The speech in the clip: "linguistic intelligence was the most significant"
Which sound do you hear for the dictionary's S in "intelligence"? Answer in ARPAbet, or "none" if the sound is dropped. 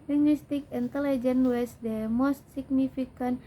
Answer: none